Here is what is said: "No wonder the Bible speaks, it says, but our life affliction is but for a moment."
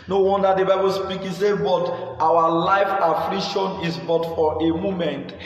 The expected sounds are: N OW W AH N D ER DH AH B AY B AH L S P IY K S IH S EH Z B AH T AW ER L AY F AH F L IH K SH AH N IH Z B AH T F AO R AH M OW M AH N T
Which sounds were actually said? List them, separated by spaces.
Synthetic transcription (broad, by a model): N OW W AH N D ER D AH B AY B AH L S P IY K IH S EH B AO T AW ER L AY F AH F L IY K SH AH N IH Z B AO T F AO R AH M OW M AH N T